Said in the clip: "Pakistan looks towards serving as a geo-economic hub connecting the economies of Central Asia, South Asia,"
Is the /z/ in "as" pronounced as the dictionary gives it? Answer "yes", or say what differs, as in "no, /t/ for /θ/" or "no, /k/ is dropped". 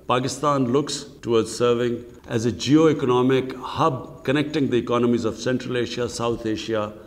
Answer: yes